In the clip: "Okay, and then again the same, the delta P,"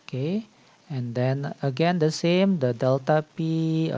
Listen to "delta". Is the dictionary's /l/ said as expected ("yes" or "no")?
yes